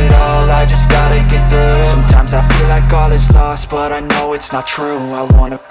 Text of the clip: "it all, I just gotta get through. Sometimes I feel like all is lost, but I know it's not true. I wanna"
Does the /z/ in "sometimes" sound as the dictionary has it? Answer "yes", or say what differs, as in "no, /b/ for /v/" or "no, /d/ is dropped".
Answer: yes